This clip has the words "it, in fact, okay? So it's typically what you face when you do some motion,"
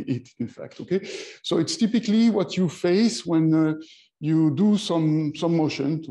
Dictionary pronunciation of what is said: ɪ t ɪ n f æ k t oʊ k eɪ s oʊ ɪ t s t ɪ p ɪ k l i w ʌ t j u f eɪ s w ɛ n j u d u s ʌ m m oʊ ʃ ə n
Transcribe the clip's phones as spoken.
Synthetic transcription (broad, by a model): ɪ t ɪ n f æ k t oʊ k eɪ s oʊ ɪ t s t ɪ p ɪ k l i w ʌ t j u f eɪ s w ɛ n j u d u s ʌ m m oʊ ʃ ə n